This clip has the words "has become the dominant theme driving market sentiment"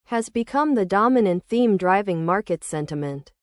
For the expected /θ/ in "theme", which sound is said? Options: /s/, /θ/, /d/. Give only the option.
/θ/